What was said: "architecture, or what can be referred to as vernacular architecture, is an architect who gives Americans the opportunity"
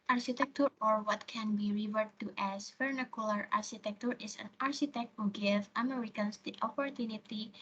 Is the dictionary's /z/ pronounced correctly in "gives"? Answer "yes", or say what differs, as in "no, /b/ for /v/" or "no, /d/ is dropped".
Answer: no, /z/ is dropped